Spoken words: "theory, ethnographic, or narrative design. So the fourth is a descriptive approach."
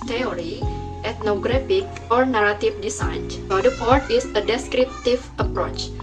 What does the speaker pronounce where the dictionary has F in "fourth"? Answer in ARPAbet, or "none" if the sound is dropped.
P